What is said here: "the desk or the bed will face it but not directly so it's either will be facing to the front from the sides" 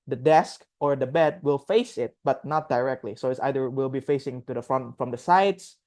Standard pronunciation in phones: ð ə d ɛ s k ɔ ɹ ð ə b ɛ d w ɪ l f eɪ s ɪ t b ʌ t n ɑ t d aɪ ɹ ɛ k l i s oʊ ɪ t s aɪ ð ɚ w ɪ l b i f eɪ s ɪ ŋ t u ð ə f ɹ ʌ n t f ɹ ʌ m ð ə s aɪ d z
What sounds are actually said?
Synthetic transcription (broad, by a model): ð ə d ɛ s k ɔ ɹ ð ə b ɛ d w ɪ l f eɪ s ɪ t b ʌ t n ɑ t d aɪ ɹ ɛ k l i s oʊ ɪ t s aɪ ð ɚ w ɪ l b i f eɪ s ɪ ŋ t u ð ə f ɹ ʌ n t f ɹ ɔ m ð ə s aɪ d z